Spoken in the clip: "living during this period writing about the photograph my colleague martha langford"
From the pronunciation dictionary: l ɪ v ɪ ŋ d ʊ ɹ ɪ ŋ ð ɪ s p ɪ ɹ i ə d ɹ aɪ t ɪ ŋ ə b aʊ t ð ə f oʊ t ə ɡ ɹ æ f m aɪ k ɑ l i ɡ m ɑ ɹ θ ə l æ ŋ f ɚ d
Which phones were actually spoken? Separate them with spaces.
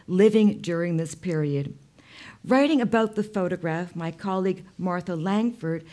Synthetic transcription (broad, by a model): l ɪ v ɪ ŋ d ʊ ɹ ɪ ŋ ð ɪ s p ɪ ɹ i ə d ɹ aɪ t ɪ ŋ ə b aʊ t ð ə f oʊ t ə ɡ ɹ æ f m aɪ k ɑ l i ɡ m ɑ ɹ θ ə l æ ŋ f ɚ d